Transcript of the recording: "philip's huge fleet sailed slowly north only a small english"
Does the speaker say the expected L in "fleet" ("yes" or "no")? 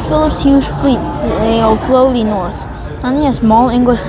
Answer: yes